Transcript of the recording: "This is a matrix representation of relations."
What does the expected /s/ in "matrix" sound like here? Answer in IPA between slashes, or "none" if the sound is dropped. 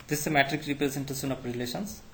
none